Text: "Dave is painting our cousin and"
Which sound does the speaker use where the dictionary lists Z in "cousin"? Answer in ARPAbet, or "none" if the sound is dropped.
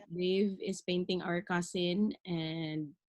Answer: S